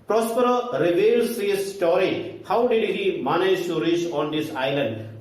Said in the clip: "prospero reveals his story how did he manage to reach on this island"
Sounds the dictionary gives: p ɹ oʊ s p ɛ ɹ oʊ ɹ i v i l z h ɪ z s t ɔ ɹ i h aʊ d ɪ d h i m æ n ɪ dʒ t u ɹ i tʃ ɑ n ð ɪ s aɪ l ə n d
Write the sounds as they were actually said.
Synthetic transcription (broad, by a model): p ɹ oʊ s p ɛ ɹ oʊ ɹ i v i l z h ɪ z s t ɔ ɹ i h aʊ d ɪ d h i m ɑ n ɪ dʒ s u ɹ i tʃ ɑ n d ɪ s aɪ l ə n d